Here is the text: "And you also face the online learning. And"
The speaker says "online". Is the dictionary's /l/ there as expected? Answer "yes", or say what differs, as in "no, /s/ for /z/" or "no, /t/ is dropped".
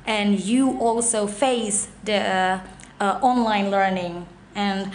yes